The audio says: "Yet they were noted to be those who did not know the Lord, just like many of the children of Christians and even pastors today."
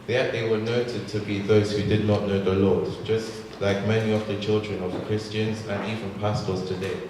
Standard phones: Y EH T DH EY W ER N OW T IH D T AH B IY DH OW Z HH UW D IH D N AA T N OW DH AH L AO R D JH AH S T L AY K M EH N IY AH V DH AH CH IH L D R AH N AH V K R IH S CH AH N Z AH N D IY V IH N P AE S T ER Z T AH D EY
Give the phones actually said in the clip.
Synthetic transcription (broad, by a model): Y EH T DH EY W ER N OW T IH D T AH B IY DH OW Z HH UW D IH D N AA T N OW DH AH L AO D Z JH AH S T L AY K M EH N IY AH V DH AH CH IH L D R AH N AH V K R IH S CH AH N Z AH N IY V IH N P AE S T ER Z T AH D EY